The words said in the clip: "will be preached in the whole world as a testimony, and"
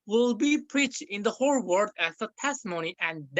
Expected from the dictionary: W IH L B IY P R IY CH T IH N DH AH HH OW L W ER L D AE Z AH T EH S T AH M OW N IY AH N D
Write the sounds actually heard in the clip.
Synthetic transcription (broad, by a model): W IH L B IY P R IY CH T IH N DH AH HH OW L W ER D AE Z AH T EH S T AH M OW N IY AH N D